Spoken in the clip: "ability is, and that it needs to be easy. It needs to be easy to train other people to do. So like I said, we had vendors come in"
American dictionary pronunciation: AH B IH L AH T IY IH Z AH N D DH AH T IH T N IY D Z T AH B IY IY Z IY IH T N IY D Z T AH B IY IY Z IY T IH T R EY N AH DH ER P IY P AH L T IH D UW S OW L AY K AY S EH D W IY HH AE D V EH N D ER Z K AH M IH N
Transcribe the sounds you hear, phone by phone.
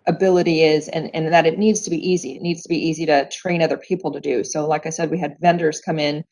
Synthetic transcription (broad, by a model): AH B IH L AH T IY IH Z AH N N DH AH T IH T N IY D Z T AH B IY IY Z IY IH T N IY D Z T AH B IY IY Z IY T IH T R EY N AH DH ER P IY P L T IH D UW S OW L AY K AY S EH D W IY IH D V EH N D ER Z K AH M IH N